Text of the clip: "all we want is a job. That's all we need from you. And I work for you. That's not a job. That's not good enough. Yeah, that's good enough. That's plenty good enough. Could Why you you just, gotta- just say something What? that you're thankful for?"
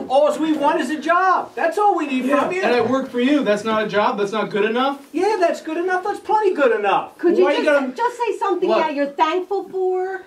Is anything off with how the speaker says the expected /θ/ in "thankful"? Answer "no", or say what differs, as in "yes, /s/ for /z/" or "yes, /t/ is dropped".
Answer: no